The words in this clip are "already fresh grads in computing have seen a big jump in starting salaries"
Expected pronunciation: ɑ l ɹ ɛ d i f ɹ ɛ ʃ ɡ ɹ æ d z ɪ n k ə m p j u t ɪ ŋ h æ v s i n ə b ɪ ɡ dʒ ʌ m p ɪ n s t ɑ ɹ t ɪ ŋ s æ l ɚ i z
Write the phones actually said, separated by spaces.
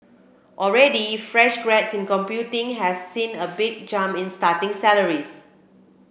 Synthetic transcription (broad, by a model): ɑ l ɹ ɛ d i f ɹ ɛ ʃ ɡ ɹ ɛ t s ɪ n k ə m p j u t ɪ ŋ h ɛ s i n ə b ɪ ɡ dʒ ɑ m ɪ n s t ɑ t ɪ ŋ s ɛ l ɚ i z